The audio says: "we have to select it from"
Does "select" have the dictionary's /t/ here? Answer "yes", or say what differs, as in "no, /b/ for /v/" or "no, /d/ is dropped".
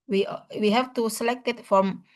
yes